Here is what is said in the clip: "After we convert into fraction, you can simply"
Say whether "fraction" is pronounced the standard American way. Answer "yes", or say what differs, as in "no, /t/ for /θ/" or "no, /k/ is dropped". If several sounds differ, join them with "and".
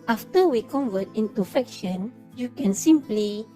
no, /ɹ/ is dropped